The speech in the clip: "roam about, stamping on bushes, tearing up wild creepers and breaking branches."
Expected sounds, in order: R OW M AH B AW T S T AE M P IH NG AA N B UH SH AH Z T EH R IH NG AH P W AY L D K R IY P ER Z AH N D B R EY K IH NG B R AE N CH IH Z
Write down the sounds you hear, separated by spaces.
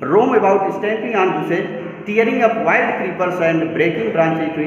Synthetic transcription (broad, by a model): R OW M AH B AW T S T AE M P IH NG AA N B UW S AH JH T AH R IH NG AH P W AY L D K R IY P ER S AH N D B R EY K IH NG B R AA N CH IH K